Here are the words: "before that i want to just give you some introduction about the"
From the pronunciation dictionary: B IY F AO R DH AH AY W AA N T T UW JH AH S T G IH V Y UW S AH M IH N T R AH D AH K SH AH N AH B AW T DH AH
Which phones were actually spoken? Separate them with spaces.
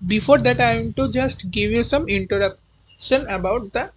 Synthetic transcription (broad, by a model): B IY F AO R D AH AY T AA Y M T UW JH AH S T G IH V Y UW S AH M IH N T AH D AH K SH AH N AH B AW T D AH